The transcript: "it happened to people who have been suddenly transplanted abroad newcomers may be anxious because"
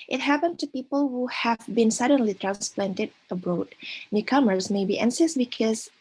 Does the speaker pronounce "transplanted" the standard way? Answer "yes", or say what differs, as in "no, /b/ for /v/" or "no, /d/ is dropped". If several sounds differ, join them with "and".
yes